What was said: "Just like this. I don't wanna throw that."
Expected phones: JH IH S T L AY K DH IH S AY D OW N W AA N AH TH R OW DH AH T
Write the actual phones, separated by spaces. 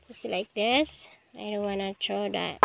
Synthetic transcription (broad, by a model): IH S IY L AY K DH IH S AY D OW N W AA N AH T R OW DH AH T